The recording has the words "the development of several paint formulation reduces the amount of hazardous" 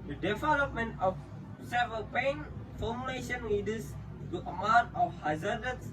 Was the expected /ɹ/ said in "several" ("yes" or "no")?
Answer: no